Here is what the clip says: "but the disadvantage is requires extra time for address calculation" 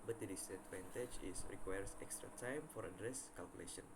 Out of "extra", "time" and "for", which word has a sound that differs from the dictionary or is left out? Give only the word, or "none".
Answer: none